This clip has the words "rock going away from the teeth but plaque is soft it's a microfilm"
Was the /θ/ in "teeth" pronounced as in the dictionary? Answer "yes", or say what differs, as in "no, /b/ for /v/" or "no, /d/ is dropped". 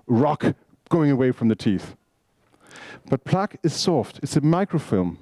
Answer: yes